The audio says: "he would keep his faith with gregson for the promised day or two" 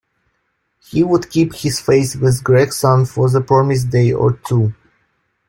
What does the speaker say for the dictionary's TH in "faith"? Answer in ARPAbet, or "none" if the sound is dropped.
S